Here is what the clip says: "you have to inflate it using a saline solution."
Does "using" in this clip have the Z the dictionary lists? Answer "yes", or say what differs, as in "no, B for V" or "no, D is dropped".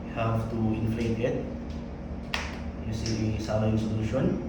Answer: no, S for Z